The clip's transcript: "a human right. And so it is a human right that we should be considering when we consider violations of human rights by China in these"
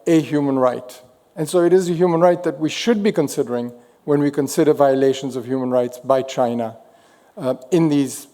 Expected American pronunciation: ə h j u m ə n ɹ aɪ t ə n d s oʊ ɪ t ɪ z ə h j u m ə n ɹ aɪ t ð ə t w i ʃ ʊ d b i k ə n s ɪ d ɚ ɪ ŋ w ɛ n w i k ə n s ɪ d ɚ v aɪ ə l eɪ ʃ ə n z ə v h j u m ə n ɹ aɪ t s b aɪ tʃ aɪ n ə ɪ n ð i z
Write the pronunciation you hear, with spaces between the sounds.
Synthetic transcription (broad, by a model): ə h j u m ə n ɹ aɪ t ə n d s oʊ ɪ t ɪ z ə h j u m ə n ɹ aɪ t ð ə t w i ʃ ʊ d b i k ə n s ɪ d ɚ ɪ ŋ w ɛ n w i k ə n s ɪ d ɚ v aɪ ə l eɪ ʃ ə n z ə v h j u m ə n ɹ aɪ t s b aɪ tʃ aɪ n ə ɪ n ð i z